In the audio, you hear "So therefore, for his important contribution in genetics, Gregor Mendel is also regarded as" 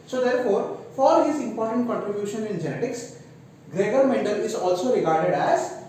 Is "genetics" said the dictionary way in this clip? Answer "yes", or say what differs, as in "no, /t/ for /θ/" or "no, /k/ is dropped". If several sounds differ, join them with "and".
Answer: yes